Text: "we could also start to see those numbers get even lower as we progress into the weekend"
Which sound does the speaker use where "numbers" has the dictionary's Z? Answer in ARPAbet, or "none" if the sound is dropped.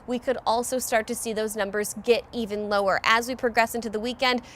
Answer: Z